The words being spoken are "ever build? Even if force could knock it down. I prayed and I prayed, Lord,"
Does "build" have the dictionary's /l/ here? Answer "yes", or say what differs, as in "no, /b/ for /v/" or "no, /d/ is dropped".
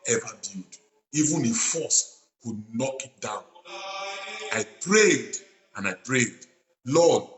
no, /l/ is dropped